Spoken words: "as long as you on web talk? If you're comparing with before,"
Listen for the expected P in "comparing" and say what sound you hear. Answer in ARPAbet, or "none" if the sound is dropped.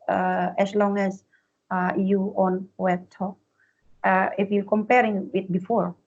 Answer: P